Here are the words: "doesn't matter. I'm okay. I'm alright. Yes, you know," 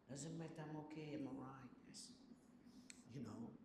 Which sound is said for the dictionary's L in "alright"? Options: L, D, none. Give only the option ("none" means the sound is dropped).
none